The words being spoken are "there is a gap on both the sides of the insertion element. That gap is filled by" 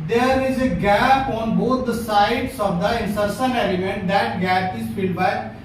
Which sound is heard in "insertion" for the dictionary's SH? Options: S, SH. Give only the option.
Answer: S